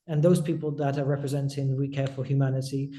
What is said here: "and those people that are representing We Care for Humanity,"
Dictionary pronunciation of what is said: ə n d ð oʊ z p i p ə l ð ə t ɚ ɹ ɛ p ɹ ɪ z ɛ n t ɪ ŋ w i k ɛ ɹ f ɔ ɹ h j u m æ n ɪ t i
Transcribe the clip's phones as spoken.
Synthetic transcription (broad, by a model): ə n ð oʊ z p i p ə l ð ə t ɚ ɹ ɛ p ɹ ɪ z ɛ n t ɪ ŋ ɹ i k ɛ ɹ f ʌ l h j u m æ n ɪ t i